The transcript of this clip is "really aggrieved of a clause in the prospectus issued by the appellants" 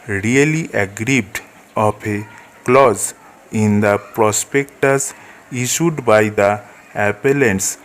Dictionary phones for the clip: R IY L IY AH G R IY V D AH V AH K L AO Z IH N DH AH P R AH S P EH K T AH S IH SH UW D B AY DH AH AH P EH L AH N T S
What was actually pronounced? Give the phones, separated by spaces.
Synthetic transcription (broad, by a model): R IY L IY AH G R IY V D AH P AH K L AO Z IH N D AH P R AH S P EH K T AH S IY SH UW D B AY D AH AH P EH L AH N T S